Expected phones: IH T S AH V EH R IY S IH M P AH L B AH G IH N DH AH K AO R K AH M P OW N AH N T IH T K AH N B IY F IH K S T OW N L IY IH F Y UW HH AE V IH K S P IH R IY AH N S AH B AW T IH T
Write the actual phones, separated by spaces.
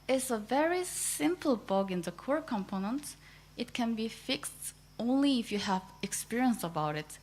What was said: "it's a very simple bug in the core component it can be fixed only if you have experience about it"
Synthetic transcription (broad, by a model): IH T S AH V EH R IY S IH M P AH L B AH G IH N DH AH K AO R K AH M P OW N AH N T IH T K AH N B IY F IH K S T OW N L IY IH F Y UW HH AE V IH K S P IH R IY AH N S AH B AW T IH T